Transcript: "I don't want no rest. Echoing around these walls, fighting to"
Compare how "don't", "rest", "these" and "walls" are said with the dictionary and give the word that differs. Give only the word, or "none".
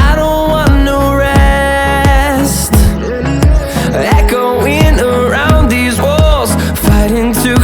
none